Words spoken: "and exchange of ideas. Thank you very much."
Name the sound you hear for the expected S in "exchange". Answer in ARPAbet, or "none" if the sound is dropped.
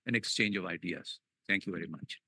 S